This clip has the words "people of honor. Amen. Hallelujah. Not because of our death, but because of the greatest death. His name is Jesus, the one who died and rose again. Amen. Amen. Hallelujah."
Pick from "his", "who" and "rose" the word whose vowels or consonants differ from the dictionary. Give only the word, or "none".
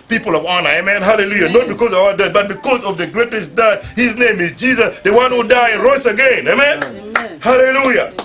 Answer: rose